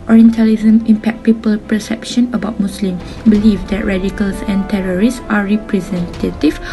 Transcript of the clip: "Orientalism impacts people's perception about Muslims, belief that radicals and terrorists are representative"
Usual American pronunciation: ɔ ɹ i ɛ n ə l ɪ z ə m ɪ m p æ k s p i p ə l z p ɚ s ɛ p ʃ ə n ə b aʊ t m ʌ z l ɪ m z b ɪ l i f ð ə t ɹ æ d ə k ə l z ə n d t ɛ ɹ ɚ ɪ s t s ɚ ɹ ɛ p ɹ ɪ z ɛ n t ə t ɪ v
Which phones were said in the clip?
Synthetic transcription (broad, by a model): ɔ ɹ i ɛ n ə l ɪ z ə m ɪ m p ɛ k p i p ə l p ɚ s ɛ p ʃ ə n ə b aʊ t m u s l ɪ m b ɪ l i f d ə t ɹ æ d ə k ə l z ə n t ɛ ɹ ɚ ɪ s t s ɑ ɹ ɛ p ɹ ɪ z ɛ n t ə t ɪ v